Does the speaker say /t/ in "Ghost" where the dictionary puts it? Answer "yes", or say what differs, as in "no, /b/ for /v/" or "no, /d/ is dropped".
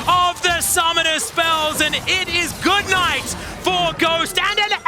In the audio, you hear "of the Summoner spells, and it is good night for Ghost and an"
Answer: yes